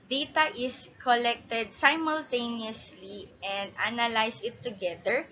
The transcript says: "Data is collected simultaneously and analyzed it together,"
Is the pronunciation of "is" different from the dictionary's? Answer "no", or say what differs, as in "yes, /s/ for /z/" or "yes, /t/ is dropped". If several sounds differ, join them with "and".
yes, /s/ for /z/